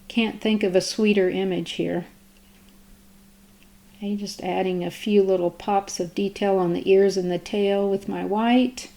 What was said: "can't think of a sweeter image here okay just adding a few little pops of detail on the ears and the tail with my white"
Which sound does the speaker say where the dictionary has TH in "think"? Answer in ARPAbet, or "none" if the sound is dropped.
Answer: TH